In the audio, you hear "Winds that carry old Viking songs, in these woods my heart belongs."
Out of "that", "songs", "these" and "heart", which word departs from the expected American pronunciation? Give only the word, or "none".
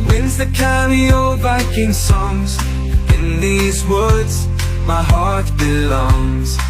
none